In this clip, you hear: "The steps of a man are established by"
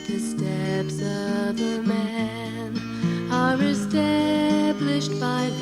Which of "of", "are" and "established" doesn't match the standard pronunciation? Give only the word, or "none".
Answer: none